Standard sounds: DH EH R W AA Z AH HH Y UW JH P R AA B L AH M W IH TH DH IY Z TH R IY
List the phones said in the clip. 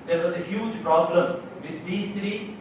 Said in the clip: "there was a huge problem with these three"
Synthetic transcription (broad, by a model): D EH R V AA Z AH HH Y UW JH P R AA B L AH M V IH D IY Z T R IY